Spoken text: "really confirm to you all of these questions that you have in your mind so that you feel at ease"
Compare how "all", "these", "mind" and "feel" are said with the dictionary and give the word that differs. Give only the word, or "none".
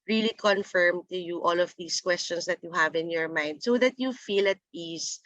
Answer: these